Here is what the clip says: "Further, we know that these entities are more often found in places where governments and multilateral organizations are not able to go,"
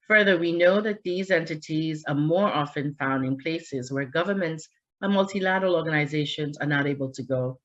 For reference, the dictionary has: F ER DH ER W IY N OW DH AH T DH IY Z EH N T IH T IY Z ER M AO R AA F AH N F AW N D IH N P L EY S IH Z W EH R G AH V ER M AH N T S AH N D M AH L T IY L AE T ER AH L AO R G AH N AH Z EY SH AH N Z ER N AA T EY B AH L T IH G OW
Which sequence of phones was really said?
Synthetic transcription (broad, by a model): F ER DH ER W IY N OW DH AH T DH IY Z EH N T IH T IY Z ER M AO R AA F AH N F AW N D IH N P L EY S IH Z W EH R G AH V ER M AH N T S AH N M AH L T IY L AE T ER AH L AO R G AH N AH Z EY SH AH N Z ER N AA T EY B AH L T IH G OW